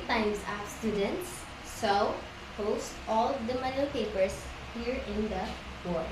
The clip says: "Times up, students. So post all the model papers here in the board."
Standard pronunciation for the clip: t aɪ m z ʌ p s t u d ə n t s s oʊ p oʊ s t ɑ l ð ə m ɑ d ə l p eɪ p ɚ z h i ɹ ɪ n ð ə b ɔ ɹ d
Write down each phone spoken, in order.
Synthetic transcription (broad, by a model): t aɪ m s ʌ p s t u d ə n t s s oʊ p oʊ s t ɑ l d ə m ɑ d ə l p eɪ p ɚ s h i ɹ ɪ n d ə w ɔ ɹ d